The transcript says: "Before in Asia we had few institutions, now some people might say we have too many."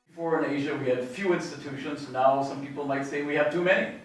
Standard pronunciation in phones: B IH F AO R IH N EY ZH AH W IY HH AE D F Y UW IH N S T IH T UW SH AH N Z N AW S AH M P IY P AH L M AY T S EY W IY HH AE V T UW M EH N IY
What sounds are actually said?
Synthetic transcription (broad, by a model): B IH F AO R IH N EY ZH AH W IY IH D F Y UW IH N S T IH T UW SH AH N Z N AW S AH M P IY P L M AY T S EY W IY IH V T UW M EH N IY